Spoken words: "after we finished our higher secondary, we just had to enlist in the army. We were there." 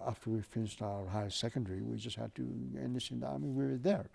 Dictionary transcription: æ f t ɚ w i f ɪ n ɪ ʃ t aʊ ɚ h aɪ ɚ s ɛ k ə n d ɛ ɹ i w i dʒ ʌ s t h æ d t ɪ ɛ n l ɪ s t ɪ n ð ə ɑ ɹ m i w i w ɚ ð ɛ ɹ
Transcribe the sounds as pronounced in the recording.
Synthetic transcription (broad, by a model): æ f t ɚ w i f ɪ n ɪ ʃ t aʊ ɚ h aɪ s s ɛ k ə n d ɛ ɹ i w i dʒ ʌ s t h æ d t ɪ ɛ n ɪ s ɪ n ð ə ɑ ɹ m i w i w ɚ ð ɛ ɹ